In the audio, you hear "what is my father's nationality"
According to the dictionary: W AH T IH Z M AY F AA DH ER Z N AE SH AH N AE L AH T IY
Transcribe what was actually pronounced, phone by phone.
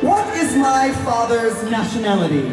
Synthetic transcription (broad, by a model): W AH T IH Z M AY F AA DH ER Z N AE SH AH N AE L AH T IY